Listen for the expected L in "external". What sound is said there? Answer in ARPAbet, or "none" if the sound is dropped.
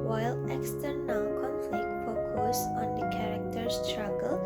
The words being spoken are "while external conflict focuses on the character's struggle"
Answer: N